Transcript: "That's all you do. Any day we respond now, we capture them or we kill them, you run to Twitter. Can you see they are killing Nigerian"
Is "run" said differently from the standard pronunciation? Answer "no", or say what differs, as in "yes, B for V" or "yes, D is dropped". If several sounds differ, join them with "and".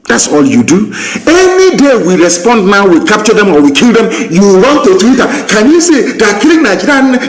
yes, W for R